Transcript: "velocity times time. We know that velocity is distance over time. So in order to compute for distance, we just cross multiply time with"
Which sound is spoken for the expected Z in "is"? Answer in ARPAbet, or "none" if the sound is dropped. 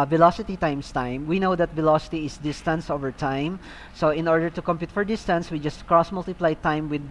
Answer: S